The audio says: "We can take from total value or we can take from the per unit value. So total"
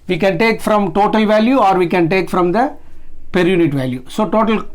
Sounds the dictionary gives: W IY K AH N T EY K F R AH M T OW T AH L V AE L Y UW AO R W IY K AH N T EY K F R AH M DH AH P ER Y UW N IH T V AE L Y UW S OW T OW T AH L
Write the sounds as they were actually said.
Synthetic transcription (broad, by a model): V IY K AH N T EY K F R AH M T OW T AH L V AE L Y UW AO R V IY K AH N T EY K F R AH M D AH P ER Y UW N IH T V AE L Y UW S OW T OW T AH L